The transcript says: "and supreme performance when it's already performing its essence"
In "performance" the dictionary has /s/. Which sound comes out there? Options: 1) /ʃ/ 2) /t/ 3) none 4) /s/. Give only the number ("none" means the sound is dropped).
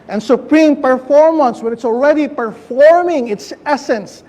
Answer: 4